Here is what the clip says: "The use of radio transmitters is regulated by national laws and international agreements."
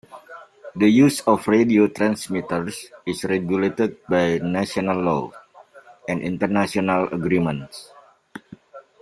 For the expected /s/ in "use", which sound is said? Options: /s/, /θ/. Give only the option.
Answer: /s/